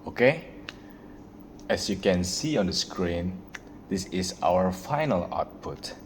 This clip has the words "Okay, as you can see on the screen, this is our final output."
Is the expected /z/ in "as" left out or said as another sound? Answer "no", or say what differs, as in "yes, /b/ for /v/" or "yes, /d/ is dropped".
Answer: yes, /s/ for /z/